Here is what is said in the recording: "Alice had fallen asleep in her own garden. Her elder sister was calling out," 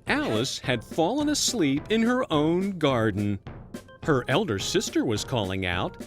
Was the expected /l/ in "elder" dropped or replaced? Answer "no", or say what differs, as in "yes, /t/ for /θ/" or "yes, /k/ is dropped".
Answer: no